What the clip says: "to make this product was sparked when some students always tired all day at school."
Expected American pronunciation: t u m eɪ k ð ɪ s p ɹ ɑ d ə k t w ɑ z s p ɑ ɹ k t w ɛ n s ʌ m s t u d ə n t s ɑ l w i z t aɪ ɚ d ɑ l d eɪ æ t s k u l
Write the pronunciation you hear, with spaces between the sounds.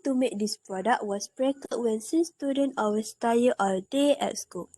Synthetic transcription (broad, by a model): t u m eɪ k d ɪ s p ɹ ɑ d ə k t w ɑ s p ɹ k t w ɛ n s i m s t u d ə n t ɑ w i s t aɪ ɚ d ɑ l d eɪ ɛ t s k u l